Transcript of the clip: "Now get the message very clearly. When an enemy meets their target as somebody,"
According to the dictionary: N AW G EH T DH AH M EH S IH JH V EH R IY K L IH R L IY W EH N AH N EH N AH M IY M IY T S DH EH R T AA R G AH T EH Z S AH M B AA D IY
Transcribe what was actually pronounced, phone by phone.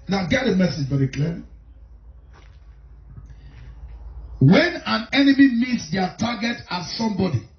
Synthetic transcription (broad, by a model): N AW G EH T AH M EH S IH JH B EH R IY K L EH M W EH N AH N EH N AH M IY M IY T S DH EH T AA G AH T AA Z S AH M B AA D IY